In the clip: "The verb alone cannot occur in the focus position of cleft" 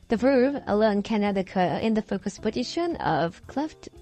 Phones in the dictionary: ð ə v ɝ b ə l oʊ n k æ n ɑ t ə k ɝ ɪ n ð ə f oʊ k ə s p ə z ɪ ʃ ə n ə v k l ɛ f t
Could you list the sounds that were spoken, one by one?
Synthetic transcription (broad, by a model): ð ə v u ə l oʊ n k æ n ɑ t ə k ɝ ɪ n ð ə f oʊ k ə s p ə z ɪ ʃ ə n ə v k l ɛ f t